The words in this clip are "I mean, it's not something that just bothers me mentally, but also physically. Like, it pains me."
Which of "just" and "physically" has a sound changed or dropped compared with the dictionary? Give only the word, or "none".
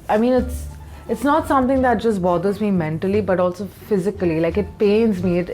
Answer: none